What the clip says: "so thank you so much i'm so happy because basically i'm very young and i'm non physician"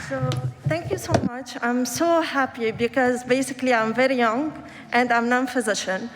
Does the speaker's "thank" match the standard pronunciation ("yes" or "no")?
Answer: no